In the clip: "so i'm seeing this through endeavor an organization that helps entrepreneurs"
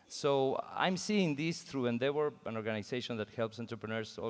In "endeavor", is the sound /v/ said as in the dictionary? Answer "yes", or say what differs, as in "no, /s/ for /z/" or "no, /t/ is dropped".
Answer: no, /w/ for /v/